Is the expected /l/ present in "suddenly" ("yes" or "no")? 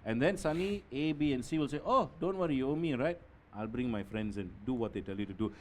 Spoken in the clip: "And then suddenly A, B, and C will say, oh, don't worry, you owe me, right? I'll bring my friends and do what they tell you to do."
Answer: no